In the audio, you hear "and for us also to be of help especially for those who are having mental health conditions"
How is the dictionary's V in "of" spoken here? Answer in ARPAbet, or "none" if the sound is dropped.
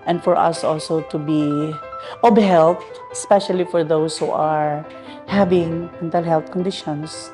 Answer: B